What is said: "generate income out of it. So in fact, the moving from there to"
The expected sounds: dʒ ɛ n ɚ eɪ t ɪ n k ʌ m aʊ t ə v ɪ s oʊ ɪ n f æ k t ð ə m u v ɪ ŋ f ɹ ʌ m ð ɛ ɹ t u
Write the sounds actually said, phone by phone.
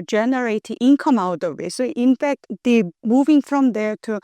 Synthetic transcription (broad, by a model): dʒ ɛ n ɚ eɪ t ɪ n k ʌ m aʊ t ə w ɪ s oʊ ɪ n f æ k t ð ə m u v ɪ ŋ f ɹ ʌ m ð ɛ ɹ t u